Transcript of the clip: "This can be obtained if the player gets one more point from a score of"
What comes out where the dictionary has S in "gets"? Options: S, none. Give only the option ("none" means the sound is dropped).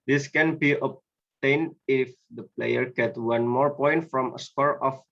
none